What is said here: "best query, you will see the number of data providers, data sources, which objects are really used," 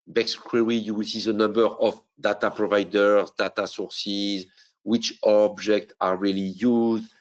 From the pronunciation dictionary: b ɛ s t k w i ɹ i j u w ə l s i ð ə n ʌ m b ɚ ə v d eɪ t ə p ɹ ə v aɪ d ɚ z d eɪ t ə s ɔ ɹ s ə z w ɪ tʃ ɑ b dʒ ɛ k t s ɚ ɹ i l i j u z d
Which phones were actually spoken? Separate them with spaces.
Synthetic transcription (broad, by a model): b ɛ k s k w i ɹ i j u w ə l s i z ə n ʌ m b ɚ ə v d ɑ t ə p ɹ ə v aɪ d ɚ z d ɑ t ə s ɔ ɹ s ə z w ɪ tʃ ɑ b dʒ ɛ k t ɑ ɹ i l i j u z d